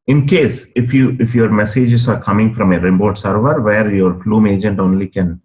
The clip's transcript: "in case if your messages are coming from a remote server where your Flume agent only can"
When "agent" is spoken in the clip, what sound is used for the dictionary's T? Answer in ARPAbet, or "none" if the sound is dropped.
T